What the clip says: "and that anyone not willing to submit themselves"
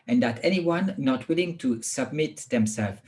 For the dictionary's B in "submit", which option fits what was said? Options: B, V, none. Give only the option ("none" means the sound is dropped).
B